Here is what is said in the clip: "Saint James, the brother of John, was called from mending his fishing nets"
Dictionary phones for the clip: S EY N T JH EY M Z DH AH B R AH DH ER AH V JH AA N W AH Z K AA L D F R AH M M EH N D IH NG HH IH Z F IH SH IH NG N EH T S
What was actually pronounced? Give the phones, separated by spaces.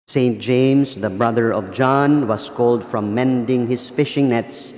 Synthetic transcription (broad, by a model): S EY N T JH EY M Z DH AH B R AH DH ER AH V JH AA N W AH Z K AA L D F R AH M M EH N D IH NG HH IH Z F IH SH IH NG N EH T S